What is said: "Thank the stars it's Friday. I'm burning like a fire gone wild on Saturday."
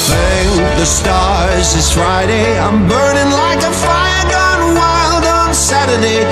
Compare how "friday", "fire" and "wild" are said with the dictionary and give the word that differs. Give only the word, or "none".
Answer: none